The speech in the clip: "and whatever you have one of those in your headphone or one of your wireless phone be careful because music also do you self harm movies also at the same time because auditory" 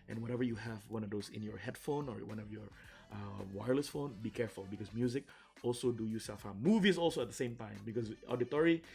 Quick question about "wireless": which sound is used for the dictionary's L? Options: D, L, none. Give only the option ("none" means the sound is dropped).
L